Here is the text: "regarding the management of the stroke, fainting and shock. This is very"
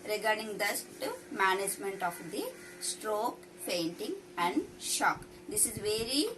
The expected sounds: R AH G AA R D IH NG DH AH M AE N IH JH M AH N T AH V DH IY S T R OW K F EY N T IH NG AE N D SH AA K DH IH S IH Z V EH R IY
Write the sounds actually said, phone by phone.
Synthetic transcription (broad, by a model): R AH G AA R D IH NG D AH M AE N IH JH M AH N T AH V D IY S T R OW K P EY N T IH NG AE N D SH AA K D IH S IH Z V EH R IY